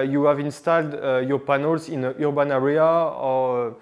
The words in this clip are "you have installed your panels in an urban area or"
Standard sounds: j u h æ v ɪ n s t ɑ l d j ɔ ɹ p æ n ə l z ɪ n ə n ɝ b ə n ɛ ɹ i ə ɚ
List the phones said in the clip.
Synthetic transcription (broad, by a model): j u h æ v ɪ n s t ɑ l d j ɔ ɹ p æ n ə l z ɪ n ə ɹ b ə n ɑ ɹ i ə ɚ